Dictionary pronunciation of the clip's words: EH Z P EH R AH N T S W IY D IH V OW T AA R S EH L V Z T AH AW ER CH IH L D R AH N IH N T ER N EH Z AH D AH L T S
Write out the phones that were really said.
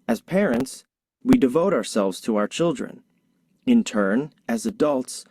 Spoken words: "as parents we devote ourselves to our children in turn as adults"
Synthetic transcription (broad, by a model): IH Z P EH R AH N T S W IY D IH V OW T AA R S EH L V Z T AH AW ER CH IH L D R AH N IH N T ER N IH Z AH D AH L T S